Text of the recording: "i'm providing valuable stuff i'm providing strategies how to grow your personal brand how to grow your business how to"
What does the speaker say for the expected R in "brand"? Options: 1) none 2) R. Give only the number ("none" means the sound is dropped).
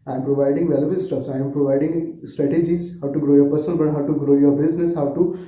1